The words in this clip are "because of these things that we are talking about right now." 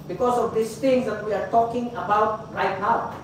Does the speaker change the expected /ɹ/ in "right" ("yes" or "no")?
no